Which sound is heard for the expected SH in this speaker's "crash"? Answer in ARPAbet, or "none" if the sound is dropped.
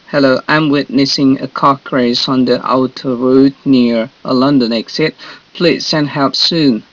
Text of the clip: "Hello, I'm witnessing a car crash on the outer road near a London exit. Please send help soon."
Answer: S